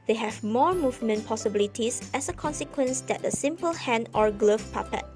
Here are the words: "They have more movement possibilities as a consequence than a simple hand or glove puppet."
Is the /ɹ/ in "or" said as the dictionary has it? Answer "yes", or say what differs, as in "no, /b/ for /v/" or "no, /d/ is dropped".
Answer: yes